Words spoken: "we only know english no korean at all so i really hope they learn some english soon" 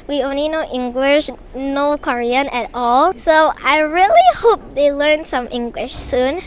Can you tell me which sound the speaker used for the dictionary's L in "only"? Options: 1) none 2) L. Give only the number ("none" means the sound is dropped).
2